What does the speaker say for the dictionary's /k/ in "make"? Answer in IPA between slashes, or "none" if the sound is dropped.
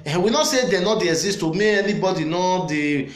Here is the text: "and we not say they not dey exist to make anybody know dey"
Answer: none